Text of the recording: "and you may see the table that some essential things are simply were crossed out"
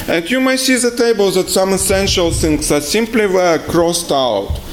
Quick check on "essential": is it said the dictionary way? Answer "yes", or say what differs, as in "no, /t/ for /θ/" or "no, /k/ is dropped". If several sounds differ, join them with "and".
yes